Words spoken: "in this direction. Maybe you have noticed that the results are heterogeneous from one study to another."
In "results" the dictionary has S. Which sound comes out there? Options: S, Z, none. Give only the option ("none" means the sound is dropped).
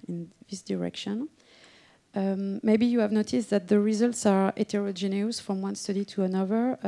S